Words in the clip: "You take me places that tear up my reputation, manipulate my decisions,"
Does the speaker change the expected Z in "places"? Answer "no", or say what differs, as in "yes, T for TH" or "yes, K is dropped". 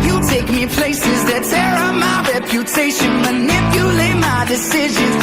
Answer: no